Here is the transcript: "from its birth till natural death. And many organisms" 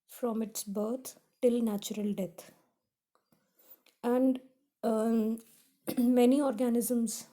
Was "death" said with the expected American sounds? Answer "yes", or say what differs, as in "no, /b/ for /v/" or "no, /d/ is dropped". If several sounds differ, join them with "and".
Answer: no, /t/ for /θ/